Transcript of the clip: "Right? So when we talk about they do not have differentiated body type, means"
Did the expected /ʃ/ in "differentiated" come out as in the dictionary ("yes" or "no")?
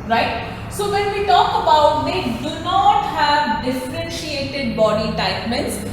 yes